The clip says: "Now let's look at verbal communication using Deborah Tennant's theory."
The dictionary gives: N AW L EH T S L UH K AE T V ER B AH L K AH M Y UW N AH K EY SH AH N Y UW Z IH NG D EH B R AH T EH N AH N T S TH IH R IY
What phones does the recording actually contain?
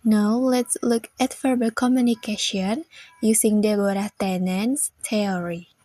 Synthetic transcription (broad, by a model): N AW L EH T S L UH K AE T F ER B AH K AH M Y UW N AH K EY SH AH N Y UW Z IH NG D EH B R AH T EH N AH N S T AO R IY